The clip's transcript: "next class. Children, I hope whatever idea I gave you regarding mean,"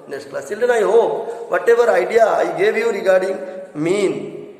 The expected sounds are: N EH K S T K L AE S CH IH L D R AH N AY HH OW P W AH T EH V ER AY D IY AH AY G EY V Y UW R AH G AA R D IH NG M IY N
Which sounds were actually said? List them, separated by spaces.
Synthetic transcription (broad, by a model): N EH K S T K L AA S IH L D AH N AY HH OW P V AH T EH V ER AY D IY AH AY G EY V Y UW R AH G AA R D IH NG M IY N